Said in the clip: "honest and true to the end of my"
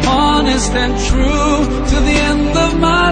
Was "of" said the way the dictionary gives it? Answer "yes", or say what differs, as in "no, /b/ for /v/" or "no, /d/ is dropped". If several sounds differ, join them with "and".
yes